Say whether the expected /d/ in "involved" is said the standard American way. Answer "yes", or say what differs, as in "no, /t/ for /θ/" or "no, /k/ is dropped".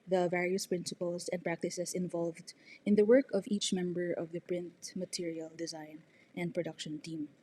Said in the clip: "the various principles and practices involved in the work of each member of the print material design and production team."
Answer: yes